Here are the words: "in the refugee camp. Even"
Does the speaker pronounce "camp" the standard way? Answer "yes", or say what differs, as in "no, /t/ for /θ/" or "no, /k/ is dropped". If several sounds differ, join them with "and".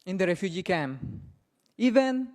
no, /p/ is dropped